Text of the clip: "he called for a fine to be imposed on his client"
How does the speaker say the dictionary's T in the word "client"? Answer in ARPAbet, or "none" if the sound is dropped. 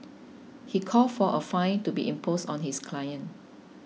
none